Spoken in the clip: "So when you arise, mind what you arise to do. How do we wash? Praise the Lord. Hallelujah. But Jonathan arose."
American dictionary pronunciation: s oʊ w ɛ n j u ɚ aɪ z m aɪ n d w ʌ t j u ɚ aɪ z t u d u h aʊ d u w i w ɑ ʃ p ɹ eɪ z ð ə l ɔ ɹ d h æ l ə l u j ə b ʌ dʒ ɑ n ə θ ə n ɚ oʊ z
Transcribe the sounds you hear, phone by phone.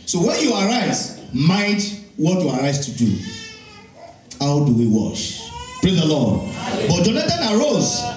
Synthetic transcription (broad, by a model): s oʊ w ɛ n j u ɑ aɪ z m aɪ d w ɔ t j u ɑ aɪ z t u d u h aʊ d u w i w ɑ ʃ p ɹ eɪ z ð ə l ɔ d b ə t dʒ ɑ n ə t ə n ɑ oʊ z